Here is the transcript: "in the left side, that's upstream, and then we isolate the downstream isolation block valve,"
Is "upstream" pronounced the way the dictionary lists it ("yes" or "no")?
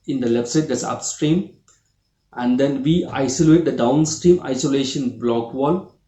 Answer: yes